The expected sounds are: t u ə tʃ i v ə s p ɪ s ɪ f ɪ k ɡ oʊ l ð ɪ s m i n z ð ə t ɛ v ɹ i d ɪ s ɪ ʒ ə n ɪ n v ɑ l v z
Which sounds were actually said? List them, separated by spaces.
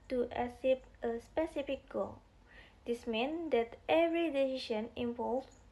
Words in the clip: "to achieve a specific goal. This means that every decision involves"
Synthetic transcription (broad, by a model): t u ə s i p ə s p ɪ s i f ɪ k ɡ oʊ l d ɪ s m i n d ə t ɛ v ɹ i d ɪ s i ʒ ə n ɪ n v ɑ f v